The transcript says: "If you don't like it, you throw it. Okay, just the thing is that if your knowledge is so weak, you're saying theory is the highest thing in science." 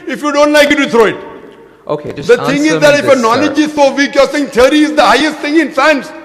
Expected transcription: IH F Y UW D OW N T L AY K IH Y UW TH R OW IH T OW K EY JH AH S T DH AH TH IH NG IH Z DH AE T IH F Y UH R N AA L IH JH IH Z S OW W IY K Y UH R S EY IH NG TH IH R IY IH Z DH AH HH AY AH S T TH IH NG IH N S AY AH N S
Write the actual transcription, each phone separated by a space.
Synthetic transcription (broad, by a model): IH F Y UW D OW N T L AY K IH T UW T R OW IH T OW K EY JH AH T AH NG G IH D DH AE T IH F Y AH N AA L IH JH IH Z S OW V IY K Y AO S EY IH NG T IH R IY IH Z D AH HH AY AH S T T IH NG IH N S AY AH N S